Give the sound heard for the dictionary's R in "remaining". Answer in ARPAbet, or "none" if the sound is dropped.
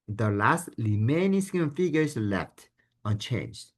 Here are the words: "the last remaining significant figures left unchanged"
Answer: L